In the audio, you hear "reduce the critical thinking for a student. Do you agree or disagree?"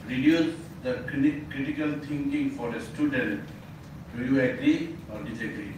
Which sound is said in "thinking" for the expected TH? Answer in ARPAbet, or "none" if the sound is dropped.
T